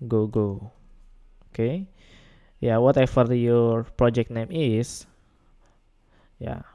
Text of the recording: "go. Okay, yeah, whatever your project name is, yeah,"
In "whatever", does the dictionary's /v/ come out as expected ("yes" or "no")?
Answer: no